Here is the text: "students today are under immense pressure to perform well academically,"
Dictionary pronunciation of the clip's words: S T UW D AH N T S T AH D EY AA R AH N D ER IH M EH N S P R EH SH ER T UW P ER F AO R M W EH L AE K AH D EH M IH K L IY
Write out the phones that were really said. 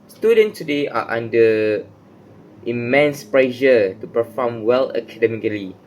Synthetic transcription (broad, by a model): S T UW D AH N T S T AH D EY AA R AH N D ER IH M EH N S P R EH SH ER T UW P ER F AO M W EH L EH K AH D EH M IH K L IY